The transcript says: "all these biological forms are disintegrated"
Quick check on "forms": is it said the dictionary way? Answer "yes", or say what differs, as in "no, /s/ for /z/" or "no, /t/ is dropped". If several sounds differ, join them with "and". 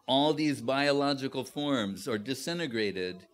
yes